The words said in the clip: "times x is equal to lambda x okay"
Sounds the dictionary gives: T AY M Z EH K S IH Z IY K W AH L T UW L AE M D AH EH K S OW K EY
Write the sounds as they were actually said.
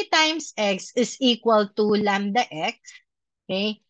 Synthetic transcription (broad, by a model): T AY M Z EH K S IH S IY K W AH L T UW L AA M D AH EH K S OW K EY